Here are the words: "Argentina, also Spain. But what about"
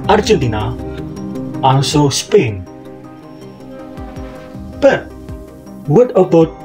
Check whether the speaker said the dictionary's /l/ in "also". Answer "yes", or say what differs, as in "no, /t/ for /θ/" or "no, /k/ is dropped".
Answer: no, /n/ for /l/